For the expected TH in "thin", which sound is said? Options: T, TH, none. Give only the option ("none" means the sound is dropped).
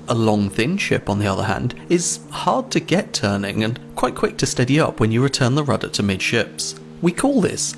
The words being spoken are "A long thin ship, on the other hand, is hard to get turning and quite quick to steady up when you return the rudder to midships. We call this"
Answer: TH